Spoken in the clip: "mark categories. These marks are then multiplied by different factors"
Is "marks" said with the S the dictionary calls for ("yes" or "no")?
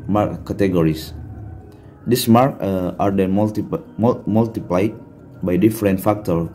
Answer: no